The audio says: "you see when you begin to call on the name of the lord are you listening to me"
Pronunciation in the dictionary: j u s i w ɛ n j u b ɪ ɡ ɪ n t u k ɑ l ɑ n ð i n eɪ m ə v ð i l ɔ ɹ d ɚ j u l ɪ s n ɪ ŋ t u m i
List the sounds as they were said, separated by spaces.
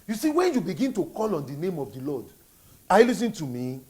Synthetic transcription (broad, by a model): j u s i w ɛ n j u b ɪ ɡ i n t u k ɑ l ɑ n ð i n eɪ m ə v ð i l ɔ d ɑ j l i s ɪ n t u m i